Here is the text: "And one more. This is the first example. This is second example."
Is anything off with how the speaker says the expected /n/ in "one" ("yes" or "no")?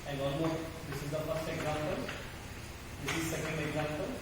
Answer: yes